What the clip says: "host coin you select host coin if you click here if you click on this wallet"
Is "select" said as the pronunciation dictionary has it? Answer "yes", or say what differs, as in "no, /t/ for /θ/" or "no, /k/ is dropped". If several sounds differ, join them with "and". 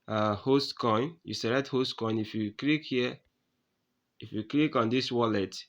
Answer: no, /k/ is dropped